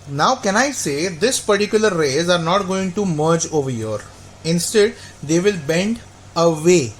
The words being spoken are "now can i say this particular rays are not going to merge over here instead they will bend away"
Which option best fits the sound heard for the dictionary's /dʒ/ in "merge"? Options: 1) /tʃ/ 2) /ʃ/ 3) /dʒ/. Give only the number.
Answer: 3